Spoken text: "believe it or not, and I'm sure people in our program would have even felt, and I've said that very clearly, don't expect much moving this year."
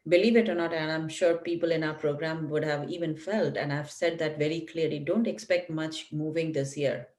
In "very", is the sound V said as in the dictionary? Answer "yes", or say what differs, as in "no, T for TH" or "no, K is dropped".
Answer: yes